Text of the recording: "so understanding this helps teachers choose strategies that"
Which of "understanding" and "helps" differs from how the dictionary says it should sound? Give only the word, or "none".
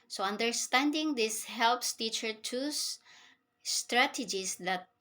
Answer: none